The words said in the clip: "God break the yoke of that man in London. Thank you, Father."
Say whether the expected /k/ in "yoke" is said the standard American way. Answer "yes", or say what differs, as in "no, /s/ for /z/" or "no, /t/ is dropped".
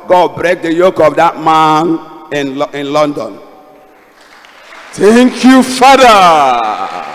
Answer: yes